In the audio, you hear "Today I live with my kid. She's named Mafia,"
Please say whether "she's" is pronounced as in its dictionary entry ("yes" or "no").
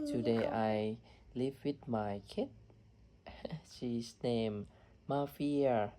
no